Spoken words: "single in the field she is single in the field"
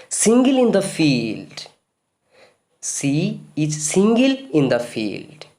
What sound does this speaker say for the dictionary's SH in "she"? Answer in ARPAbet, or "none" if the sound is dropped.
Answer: S